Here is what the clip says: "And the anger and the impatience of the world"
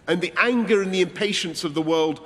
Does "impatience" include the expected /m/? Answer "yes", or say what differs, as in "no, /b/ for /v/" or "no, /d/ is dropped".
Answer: yes